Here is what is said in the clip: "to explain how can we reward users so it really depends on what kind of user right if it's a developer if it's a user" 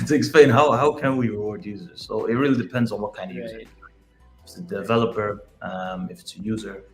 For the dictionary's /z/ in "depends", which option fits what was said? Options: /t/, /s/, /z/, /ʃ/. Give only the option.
/z/